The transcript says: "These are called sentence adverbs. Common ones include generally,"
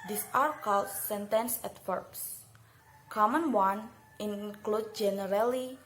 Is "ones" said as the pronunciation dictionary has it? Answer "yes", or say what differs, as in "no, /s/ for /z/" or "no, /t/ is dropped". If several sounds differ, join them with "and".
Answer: no, /z/ is dropped